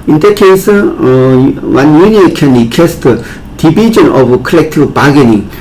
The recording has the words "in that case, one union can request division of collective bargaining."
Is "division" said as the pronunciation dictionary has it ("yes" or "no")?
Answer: no